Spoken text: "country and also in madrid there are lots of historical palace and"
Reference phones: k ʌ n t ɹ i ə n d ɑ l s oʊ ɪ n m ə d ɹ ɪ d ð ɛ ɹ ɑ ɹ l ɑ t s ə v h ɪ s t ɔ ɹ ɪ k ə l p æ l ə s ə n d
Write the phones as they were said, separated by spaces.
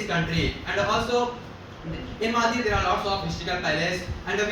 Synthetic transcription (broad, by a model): k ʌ n t ɹ i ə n d ɑ l s oʊ ɪ n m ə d i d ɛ ɹ ɑ ɹ l ɑ t s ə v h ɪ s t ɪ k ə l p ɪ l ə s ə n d